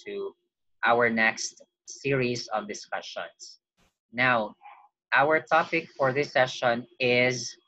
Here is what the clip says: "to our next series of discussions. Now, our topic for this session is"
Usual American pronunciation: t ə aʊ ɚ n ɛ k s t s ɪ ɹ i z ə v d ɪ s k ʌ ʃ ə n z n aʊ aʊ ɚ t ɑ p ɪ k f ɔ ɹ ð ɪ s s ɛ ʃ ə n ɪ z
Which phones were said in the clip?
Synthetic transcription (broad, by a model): t aʊ ɚ n ɛ k s t s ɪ ɹ i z ə v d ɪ s k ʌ ʃ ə n s n aʊ aʊ ɚ t ɑ p ɪ k f ɔ ɹ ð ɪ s s ɛ ʃ ə n ɪ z